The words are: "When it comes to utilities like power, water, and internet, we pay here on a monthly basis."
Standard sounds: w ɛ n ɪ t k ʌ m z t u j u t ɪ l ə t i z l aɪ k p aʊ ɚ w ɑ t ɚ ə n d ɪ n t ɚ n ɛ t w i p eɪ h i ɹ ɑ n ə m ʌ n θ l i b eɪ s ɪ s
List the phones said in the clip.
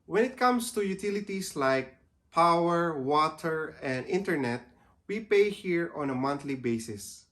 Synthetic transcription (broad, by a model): w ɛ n ɪ t k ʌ m s t u j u t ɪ l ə t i s l aɪ k p aʊ ɚ w ɑ t ɚ ə n d ɪ n t ɚ n ɛ t w i p eɪ h i ɹ ɑ n ə m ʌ n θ l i b eɪ s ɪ s